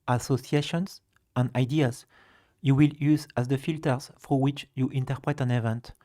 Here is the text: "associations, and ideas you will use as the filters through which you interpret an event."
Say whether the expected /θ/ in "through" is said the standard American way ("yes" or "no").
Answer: no